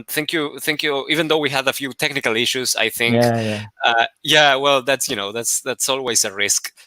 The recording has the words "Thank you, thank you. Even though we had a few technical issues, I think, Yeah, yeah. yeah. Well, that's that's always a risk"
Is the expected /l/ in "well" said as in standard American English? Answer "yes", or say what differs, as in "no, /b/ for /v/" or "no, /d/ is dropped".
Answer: no, /n/ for /l/